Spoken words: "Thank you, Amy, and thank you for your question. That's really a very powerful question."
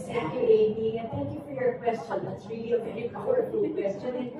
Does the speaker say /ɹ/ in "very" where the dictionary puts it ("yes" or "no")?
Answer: no